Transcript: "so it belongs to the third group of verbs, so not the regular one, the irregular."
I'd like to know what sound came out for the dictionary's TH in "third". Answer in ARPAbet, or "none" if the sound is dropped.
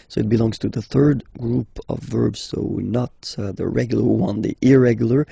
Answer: TH